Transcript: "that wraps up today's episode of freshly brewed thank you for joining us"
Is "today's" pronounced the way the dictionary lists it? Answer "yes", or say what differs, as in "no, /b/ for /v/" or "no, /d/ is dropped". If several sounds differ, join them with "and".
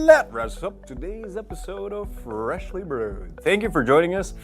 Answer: yes